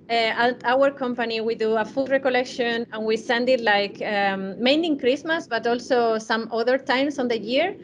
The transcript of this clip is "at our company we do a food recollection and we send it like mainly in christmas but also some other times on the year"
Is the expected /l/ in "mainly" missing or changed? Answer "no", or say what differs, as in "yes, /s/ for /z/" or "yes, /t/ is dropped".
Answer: yes, /l/ is dropped